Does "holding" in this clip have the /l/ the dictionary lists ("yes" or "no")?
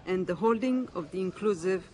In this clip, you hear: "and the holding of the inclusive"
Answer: yes